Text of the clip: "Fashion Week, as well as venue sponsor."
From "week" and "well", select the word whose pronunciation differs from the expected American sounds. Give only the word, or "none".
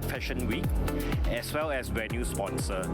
none